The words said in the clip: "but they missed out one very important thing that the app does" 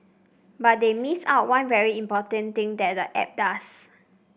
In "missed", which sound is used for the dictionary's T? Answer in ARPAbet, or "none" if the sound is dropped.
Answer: none